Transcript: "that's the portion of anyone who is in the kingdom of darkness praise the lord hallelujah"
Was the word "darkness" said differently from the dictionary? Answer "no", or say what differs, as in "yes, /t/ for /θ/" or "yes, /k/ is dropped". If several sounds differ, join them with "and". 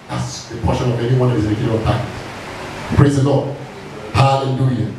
yes, /n/ is dropped